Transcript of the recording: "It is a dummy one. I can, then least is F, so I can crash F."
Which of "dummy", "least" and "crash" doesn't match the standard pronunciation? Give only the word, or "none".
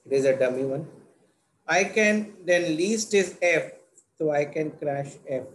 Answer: none